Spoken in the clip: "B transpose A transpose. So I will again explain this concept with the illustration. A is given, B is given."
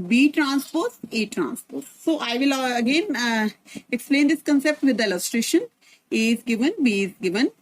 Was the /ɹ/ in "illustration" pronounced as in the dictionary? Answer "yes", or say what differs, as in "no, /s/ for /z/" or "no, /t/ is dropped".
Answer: yes